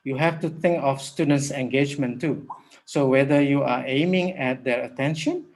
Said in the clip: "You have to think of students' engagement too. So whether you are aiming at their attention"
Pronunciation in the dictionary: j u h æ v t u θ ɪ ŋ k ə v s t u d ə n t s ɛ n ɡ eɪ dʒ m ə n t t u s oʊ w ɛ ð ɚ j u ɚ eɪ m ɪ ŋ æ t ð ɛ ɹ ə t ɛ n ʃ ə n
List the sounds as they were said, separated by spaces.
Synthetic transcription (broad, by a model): j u h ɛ f t u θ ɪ ŋ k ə f s t u d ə n t s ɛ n ɡ eɪ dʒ m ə n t t u s oʊ w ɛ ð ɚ j u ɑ eɪ m ɪ ŋ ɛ t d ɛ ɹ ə t ɛ n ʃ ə n